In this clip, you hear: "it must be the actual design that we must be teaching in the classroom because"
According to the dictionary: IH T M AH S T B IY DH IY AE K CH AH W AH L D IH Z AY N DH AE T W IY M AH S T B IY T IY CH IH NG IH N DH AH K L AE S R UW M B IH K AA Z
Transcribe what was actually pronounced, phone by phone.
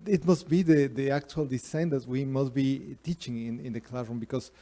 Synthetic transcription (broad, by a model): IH T M AH S T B IY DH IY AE K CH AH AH L D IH S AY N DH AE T W IY M AH S T B IY T IY CH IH NG IH N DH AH K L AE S R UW M B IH K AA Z